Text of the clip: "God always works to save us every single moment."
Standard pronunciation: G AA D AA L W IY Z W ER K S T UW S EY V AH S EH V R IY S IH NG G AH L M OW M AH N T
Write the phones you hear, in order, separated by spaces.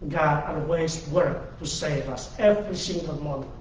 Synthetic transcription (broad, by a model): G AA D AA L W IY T W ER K T UW S EY V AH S EH V R IY S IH NG G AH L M M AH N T